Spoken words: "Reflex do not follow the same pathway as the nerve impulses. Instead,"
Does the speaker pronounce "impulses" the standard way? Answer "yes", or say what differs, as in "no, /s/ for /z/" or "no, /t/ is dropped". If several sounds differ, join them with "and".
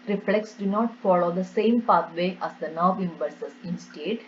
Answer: no, /b/ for /p/